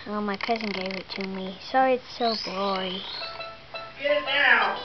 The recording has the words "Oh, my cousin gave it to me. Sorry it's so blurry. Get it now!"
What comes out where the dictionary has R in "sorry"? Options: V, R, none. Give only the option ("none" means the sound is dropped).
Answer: none